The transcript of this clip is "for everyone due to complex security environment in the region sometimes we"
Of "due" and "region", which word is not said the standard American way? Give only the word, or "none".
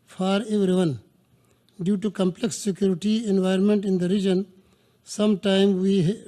none